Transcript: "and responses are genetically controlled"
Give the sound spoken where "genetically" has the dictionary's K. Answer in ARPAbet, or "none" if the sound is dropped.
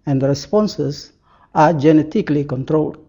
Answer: K